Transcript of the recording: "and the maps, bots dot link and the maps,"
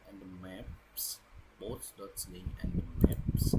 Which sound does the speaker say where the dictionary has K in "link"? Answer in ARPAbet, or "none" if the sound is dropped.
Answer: none